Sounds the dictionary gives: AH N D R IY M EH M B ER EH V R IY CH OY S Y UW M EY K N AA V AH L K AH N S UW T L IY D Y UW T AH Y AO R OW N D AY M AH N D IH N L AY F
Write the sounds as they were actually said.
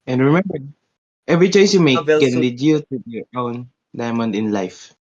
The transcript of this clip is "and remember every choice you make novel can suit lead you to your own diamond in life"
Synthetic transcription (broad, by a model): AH N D R IY M EH M B ER EH V R IY CH OY S Y UW M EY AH K AH N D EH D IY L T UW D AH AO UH N D AY M AH N D IH N L AY F